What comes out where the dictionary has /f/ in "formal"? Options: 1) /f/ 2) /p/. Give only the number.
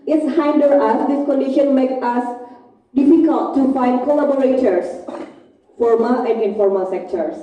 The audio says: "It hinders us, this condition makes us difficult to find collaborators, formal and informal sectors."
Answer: 1